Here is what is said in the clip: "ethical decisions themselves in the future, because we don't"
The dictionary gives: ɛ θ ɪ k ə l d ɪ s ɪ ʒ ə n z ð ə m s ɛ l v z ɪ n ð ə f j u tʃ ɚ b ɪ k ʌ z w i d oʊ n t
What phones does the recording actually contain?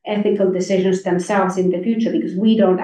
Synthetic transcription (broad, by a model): ɛ θ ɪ k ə l d ɪ s ɪ ʒ ə n z ð ə m s ɛ l v z ɪ n ð ə f j u tʃ ɚ b ɪ k ʌ z w i d oʊ n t